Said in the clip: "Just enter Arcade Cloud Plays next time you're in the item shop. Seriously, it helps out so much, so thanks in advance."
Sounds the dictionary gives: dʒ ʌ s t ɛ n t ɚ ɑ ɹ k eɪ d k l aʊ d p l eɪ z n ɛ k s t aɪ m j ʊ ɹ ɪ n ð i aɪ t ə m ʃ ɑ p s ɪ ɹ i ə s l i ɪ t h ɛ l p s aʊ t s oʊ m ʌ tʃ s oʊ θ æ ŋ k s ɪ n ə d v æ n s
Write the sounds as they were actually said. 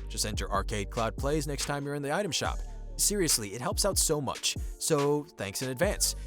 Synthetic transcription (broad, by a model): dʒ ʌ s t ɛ n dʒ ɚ ɑ ɹ k eɪ d k l aʊ d p l eɪ z n ɛ k s t aɪ m j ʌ ɹ ɪ n ð i aɪ t ə m ʃ ɑ p s ɪ ɹ i ə s l i ɪ t h ɛ l p s aʊ t s oʊ m ʌ tʃ s oʊ θ æ ŋ k s ɪ n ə d v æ n s